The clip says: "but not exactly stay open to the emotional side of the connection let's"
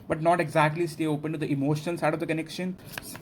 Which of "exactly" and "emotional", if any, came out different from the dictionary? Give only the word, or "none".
emotional